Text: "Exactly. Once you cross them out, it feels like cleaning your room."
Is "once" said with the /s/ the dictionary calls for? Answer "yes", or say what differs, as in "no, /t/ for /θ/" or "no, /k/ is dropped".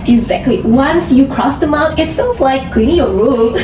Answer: yes